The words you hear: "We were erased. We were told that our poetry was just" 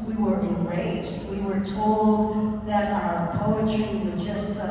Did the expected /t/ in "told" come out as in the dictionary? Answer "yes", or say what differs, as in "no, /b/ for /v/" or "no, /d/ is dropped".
yes